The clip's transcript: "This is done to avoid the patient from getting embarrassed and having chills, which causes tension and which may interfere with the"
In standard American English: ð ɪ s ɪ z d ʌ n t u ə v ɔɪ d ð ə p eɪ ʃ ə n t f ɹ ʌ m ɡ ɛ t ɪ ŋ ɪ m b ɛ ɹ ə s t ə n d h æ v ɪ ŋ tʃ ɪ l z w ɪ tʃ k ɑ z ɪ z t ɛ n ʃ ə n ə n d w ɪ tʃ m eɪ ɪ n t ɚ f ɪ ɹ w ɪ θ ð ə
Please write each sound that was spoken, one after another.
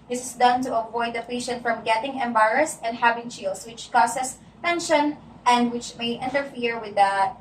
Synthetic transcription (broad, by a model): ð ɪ s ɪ s d ʌ n t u ə v ɔɪ d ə p eɪ ʃ ə n t f ɹ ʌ m ɡ ɛ t ɪ ŋ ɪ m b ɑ ɹ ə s ə n d h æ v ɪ ŋ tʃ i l s w ɪ tʃ k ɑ s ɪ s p ɛ n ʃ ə n ə n d w ɪ tʃ m eɪ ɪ n t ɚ f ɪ ɹ w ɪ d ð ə